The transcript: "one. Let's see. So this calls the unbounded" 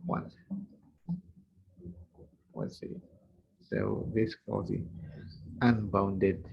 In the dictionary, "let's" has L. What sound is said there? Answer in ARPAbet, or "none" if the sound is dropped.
W